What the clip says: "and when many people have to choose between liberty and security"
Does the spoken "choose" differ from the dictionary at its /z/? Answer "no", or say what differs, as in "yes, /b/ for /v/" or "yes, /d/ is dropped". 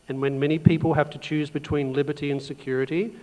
no